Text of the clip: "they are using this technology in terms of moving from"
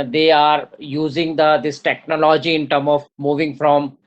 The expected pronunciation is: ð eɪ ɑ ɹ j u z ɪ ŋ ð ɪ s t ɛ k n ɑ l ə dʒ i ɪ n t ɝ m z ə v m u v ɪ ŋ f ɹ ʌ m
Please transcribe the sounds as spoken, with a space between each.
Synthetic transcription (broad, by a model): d eɪ ɑ ɹ j u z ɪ ŋ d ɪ s t ɛ k n ɑ l ə dʒ i ɪ n t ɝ m ə v m u v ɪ ŋ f ɹ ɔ m